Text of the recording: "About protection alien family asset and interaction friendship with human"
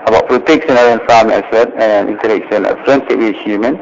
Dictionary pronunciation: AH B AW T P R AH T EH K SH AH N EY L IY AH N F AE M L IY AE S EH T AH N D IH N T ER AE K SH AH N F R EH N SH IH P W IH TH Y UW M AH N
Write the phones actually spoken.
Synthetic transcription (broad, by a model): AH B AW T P R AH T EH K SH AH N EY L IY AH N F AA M IY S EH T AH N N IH N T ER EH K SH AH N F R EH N S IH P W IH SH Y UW M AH N